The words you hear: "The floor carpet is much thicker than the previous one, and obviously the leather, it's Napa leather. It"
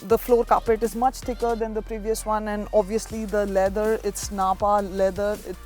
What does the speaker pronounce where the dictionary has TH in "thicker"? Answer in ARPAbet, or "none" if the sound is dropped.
T